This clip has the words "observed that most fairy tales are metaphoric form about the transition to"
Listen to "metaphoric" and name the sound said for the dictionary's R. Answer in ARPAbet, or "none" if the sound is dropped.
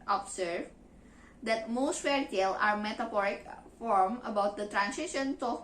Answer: R